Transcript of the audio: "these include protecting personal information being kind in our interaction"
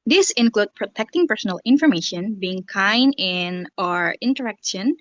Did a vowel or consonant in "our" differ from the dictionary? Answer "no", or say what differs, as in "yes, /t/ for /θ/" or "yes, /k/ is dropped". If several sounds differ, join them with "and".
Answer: no